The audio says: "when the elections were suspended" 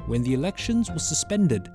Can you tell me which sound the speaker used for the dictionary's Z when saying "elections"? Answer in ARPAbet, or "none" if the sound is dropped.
Z